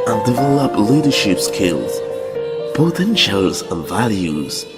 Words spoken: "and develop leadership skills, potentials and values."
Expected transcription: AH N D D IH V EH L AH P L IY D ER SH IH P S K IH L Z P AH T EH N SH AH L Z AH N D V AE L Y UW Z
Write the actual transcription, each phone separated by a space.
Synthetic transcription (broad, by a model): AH N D D IH V EH L AH P L IY D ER SH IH P S K IH L Z B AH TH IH N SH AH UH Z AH N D V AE L Y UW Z